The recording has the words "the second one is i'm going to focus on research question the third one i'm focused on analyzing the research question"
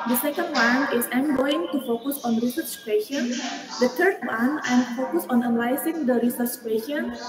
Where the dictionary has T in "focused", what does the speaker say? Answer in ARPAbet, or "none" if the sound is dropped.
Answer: none